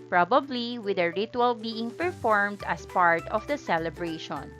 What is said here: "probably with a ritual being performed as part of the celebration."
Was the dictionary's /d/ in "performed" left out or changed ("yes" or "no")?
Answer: no